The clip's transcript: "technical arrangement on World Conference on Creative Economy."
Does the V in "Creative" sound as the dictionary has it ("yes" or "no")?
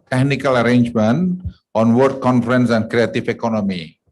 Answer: no